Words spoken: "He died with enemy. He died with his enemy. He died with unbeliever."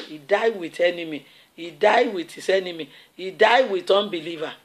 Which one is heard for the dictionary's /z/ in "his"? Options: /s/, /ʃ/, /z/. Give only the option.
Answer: /s/